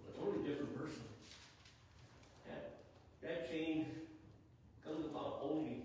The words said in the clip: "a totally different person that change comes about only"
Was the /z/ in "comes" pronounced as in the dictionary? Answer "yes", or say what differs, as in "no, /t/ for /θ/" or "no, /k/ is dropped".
yes